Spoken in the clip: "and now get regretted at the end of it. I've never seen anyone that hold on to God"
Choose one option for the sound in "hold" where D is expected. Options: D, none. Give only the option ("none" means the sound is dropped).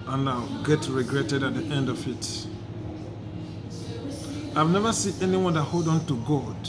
D